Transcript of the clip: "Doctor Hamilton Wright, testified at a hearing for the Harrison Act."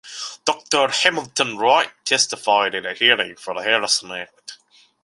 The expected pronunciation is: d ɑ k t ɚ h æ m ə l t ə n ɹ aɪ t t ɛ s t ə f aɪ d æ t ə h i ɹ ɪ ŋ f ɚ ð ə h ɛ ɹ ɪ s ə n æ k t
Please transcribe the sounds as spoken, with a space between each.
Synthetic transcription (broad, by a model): d ɑ k t ɚ h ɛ m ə l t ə n ɹ aɪ t t ɛ s t ə f aɪ d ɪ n ə h i ɹ ɪ ŋ f ɚ ð ə h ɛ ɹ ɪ s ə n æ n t